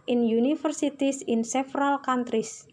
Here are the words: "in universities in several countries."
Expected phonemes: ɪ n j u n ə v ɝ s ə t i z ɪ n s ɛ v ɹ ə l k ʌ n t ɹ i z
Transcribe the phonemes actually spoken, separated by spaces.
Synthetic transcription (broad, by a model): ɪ n j u n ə f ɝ s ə t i s ɪ n s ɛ f ɹ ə l k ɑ n t ɹ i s